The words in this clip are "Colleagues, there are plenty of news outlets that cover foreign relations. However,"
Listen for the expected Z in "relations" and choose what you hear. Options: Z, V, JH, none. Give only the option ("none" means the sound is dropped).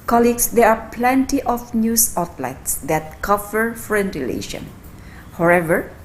none